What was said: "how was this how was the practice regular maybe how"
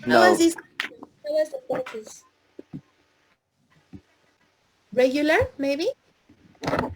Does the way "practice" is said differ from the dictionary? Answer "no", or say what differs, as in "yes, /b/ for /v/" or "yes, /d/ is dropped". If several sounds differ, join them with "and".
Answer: yes, /ɹ/ is dropped and /k/ is dropped